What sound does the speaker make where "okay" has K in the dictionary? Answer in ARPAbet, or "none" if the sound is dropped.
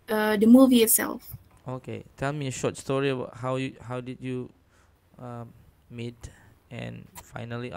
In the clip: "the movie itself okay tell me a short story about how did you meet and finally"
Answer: K